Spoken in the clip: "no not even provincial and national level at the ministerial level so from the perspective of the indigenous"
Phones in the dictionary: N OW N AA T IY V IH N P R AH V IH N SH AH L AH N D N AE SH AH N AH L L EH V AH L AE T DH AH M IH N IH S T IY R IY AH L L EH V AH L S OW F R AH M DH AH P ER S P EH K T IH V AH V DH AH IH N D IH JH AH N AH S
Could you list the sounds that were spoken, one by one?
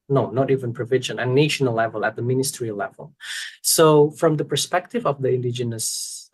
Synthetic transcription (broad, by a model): N OW N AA T IY V IH N P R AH V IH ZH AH N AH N N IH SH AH N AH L L EH V AH L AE T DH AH M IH N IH S T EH R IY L L EH V AH L S OW F R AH M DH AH P ER S P EH K T IH V AH V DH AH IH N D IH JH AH N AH S